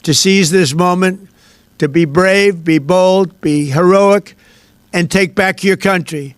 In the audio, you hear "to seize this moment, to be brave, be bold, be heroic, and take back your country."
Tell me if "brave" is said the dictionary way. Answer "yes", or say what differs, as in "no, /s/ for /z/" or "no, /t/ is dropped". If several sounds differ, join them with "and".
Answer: yes